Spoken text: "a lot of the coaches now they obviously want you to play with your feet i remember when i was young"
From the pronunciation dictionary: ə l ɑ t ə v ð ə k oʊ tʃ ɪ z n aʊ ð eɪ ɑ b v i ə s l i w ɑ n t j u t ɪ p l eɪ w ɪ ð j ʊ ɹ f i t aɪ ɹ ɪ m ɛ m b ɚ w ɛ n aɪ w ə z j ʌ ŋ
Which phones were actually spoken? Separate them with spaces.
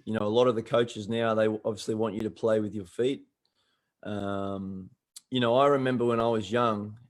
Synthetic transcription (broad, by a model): ə l ɑ t ə v ð ə k oʊ tʃ ɪ z n aʊ ð eɪ ɑ b v i ə s l i w ɑ n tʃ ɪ t ɪ p l eɪ w ɪ ð j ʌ ɹ f i t aɪ ɹ ɪ m ɛ m b ɚ w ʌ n aɪ w ə z j ʌ ŋ